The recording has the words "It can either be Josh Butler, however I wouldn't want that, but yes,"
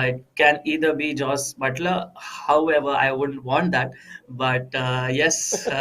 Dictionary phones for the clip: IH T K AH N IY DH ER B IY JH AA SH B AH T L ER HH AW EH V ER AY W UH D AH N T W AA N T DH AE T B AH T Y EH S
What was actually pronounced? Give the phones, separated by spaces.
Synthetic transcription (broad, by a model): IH T K AH N IY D ER B IY JH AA S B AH T L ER HH AW EH V ER AY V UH D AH N T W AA N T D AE T B AH T Y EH S